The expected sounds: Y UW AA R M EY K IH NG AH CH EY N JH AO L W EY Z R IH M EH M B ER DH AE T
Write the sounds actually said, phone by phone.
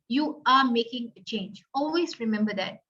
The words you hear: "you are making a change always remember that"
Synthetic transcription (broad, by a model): Y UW AA R M EY K IH NG AH CH EY N JH AO L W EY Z R IH M EH M B ER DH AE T